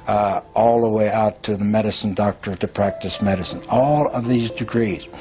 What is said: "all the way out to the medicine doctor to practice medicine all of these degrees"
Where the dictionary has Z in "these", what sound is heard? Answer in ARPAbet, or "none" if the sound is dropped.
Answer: Z